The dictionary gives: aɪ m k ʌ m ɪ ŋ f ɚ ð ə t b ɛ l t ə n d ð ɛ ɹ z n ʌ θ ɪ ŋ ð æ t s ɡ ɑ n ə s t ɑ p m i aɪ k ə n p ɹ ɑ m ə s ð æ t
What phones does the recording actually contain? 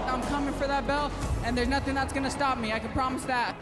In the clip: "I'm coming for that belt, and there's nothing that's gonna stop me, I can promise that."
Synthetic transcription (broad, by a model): aɪ m k ʌ m ɪ ŋ f ɚ ð ə t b ɛ l ə n ð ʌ ɹ z n ʌ θ ɪ ŋ ð æ t s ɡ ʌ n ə s t ɑ p m i aɪ k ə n p ɹ ɑ m ə s ð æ t